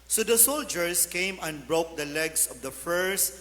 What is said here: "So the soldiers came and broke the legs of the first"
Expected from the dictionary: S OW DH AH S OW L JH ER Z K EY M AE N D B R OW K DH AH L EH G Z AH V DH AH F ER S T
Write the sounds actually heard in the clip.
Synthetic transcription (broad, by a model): S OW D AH S OW L JH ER S K EY M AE N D B R OW K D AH L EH G S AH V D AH F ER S